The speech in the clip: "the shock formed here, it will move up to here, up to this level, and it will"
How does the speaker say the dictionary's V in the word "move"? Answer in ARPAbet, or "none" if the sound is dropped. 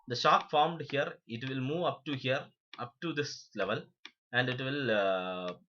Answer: V